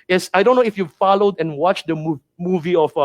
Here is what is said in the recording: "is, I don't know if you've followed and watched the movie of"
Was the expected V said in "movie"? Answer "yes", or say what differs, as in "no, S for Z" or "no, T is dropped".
yes